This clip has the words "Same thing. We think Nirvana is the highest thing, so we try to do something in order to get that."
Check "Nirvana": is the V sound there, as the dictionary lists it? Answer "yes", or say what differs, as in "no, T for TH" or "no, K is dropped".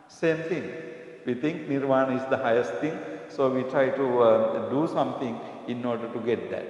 yes